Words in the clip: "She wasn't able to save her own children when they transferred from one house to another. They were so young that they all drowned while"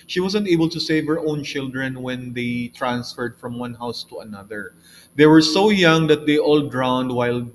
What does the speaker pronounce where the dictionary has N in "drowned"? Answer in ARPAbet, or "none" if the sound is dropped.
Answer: N